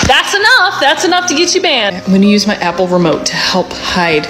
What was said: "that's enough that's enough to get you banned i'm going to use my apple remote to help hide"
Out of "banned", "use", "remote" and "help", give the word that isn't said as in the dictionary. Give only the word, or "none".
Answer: banned